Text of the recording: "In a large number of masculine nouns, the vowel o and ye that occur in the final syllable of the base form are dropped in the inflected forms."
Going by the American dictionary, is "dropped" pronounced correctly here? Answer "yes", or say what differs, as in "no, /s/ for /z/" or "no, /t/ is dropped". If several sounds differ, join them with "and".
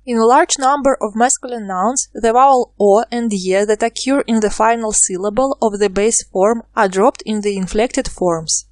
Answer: yes